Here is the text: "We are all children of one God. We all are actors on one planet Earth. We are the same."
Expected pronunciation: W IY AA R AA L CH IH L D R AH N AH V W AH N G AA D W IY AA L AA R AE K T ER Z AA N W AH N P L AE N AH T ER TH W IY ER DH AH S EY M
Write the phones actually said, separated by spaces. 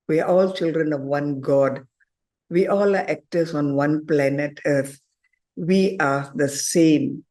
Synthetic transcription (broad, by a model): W IY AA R AA L CH IH L D R AH N AH V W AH N G AA D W IY AA L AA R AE K T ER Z AA N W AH N P L AE N AH T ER T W IY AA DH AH S EY M